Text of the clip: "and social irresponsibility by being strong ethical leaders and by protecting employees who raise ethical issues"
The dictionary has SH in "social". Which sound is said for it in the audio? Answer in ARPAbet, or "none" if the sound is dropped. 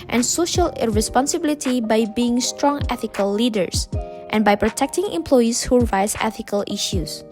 SH